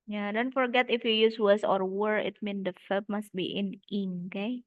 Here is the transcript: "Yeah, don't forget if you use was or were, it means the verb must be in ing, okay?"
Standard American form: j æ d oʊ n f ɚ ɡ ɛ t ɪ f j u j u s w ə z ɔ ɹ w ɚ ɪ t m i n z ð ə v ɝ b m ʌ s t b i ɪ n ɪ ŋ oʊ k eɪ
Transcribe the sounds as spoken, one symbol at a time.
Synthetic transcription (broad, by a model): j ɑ d oʊ n f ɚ ɡ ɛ t ɪ f j u j u s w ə s ɔ ɹ w ɚ ɪ t m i n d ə f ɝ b m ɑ s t b i ɪ n ɪ ŋ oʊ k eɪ